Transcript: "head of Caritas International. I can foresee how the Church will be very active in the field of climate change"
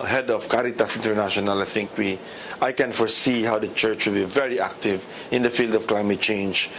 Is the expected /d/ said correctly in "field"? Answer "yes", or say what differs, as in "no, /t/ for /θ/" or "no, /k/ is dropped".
yes